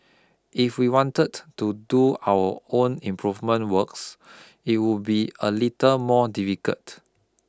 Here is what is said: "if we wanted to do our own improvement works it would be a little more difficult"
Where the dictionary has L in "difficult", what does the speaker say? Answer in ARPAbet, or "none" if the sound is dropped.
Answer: none